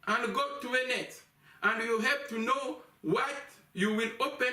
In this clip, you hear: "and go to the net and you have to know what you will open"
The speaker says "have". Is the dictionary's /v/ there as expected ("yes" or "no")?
no